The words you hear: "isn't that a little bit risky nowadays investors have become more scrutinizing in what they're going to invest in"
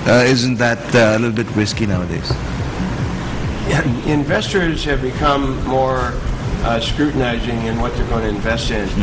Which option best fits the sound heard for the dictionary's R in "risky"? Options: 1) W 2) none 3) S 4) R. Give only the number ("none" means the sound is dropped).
1